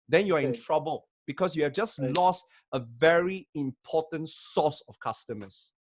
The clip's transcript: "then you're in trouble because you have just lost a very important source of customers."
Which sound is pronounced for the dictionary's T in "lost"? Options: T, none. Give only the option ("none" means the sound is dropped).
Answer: T